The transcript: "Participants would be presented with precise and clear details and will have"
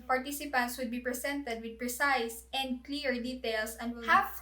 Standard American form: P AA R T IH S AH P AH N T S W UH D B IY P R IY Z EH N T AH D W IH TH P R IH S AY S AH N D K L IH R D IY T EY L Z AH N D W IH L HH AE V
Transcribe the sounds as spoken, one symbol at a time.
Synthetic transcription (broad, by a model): P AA R T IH S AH P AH N T S W UH D B IY P R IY S EH N T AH D W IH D P R IH S AY S AH N D K L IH R D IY T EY L S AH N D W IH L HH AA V